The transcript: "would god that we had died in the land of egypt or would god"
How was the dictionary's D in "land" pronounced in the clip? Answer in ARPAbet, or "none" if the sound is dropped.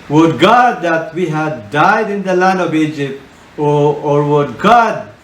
D